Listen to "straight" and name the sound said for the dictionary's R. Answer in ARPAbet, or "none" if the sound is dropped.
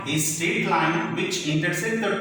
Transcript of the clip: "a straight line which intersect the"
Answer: none